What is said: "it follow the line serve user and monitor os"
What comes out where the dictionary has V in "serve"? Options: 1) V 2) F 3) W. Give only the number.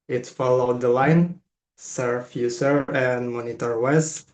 2